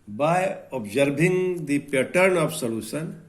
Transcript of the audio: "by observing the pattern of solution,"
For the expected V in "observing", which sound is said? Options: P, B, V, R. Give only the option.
B